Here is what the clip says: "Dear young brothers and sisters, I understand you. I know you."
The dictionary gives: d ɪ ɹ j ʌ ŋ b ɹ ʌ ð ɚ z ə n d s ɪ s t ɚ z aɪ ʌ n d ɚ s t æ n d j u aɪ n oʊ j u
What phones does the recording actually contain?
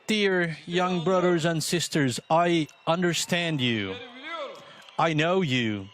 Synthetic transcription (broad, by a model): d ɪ ɹ j ʌ ŋ b ɹ ʌ ð ɚ z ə n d s ɪ s t ɚ z aɪ ʌ n d ɚ s t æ n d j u aɪ n oʊ j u